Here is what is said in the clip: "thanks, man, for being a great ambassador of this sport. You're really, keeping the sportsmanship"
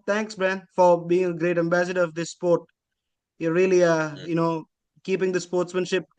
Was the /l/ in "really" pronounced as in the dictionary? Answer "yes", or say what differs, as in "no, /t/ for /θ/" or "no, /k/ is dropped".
no, /n/ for /l/